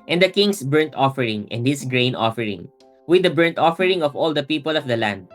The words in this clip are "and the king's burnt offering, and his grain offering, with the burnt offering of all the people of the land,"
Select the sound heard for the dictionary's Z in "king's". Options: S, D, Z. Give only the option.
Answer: S